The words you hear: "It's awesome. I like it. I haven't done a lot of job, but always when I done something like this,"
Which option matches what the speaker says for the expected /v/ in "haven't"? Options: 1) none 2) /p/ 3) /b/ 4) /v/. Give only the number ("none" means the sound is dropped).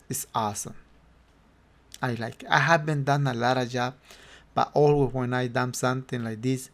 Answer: 3